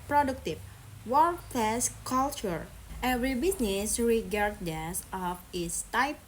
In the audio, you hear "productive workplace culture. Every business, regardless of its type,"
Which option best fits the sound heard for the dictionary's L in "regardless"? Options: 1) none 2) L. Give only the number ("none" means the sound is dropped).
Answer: 1